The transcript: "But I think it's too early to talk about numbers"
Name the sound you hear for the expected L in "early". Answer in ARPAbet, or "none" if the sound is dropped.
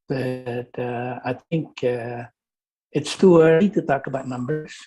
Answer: none